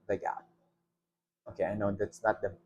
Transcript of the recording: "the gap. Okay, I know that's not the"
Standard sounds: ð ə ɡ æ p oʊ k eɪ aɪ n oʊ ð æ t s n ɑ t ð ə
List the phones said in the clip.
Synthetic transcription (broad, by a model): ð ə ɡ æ oʊ k eɪ aɪ n oʊ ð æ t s n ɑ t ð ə